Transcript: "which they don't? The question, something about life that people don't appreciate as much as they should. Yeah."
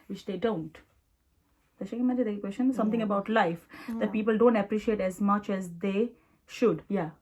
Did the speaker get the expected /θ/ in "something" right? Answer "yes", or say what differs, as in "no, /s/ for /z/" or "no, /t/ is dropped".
no, /t/ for /θ/